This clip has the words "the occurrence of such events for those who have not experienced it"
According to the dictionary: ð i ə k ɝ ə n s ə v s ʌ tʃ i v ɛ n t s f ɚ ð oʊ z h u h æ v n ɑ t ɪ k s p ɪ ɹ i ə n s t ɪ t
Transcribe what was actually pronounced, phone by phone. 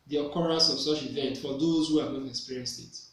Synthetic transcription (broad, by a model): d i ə k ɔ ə s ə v s ʌ tʃ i v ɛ n t f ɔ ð oʊ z h u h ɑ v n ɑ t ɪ k s p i ɹ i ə n s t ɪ t